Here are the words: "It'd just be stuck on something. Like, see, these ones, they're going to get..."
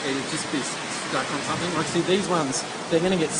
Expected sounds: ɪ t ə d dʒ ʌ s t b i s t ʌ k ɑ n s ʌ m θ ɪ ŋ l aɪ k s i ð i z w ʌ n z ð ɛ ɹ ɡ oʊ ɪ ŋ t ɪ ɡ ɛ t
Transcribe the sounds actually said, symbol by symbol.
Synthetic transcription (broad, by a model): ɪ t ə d dʒ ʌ s b i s s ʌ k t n s ʌ m θ ɪ ŋ w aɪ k s i ð i z w ʌ n z ð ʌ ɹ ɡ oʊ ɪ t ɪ ɡ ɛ t